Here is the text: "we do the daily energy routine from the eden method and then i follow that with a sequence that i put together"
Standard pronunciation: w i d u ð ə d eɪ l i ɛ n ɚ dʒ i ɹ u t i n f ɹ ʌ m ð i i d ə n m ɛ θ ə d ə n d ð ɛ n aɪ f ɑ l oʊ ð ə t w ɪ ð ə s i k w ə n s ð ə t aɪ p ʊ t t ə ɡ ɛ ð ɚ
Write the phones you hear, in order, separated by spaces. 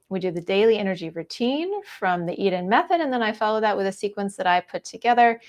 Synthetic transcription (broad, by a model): w i d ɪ ð ə d eɪ l i ɛ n ɚ dʒ i ɹ u t i n f ɹ ʌ m ð i i d ə n m ɛ θ ə d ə n ð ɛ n aɪ f ɑ l oʊ ð ə t w ɪ ð ə s i k w ə n s ð ə t aɪ p ʊ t t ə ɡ ɛ ð ɚ